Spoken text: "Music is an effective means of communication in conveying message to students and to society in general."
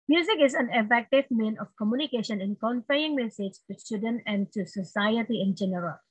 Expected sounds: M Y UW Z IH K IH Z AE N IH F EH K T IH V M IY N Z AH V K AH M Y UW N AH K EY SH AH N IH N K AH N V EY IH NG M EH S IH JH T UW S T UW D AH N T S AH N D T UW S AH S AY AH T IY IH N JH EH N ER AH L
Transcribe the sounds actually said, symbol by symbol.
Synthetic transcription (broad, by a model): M Y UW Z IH K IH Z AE N IH F EH K T IH V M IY N AH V K AH M Y UW N AH K EY SH AH N IH N K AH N F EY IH NG M EH S IH JH T UW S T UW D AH N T AH N D T UW S AH S AY AH T IY IH N JH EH N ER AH L